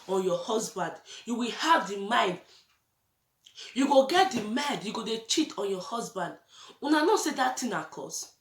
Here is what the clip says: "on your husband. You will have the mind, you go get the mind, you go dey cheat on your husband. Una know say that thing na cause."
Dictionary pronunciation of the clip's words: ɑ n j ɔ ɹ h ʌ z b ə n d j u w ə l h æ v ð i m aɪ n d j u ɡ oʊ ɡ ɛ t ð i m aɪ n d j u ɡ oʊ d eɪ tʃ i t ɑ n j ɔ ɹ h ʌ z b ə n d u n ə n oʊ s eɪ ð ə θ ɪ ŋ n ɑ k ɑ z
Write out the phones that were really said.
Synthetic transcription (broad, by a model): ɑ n j ɔ h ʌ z b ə n d j u w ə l h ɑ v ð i m aɪ n d j u ɡ oʊ ɡ ɛ t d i m aɪ n d j u ɡ oʊ d eɪ tʃ i t ɑ n j ɔ h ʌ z b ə n d u n ə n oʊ s eɪ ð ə t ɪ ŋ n ɑ k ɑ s